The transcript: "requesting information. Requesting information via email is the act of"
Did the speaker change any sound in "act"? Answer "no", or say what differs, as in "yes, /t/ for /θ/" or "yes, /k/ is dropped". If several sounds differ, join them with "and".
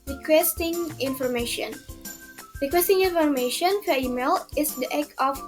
yes, /t/ is dropped